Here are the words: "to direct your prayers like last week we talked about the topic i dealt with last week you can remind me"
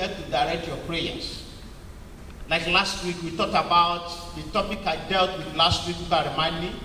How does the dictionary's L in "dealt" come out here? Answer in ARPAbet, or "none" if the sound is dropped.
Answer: L